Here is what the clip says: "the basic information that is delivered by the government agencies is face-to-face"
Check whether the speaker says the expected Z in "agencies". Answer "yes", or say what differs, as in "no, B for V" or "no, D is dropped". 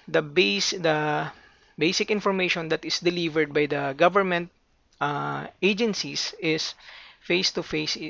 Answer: no, S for Z